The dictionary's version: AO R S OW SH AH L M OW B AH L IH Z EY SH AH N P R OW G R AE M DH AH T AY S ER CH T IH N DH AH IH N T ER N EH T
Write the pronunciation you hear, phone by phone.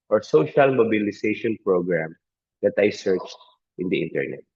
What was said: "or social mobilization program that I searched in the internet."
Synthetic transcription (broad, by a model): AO R S OW SH AH L M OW B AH L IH S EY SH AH N P R OW G R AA M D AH T AY S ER CH T IH N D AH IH N T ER N EH T